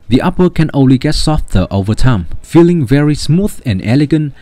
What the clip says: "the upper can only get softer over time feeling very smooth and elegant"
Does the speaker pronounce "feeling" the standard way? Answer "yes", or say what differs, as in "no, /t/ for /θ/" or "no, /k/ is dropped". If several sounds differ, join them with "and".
yes